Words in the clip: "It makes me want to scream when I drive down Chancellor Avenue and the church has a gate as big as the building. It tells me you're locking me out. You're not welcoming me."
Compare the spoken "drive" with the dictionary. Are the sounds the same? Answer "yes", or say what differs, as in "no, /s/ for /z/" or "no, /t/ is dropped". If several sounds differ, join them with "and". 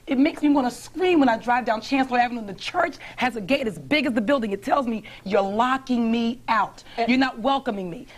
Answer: yes